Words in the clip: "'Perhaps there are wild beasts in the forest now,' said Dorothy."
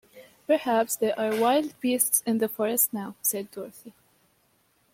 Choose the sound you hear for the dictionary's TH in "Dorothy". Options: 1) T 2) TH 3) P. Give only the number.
2